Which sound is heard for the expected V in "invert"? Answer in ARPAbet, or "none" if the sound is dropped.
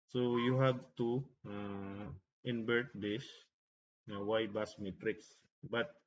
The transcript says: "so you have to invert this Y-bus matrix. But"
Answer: B